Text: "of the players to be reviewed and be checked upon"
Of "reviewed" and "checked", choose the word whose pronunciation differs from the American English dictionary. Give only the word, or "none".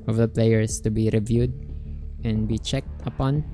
none